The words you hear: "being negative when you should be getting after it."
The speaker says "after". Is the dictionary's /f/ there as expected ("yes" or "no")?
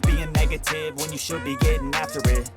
yes